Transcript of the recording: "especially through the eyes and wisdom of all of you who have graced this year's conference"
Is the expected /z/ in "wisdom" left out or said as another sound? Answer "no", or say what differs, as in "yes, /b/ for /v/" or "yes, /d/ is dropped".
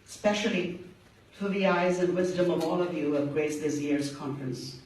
no